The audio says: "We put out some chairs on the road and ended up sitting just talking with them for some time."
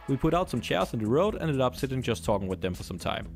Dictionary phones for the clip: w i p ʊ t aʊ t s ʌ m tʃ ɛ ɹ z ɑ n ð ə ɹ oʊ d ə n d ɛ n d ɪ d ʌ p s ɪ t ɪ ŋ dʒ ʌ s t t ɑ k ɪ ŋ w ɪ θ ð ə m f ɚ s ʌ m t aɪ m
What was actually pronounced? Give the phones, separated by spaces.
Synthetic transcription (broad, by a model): w i p ʊ t aʊ t s ʌ m tʃ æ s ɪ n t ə ɹ oʊ ə d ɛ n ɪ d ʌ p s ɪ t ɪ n dʒ ʌ s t t ɑ k ɪ ŋ w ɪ ð ə m f ɚ s ʌ m t aɪ m